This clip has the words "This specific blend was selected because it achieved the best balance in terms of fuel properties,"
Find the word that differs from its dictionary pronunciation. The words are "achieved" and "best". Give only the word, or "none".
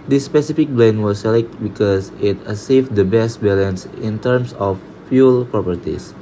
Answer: achieved